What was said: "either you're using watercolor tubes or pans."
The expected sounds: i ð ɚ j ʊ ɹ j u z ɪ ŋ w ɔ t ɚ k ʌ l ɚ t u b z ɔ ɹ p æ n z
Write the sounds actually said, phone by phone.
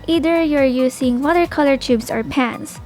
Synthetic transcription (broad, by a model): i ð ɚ j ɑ ɹ j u s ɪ ŋ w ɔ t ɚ k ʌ l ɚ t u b s ɔ ɹ p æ n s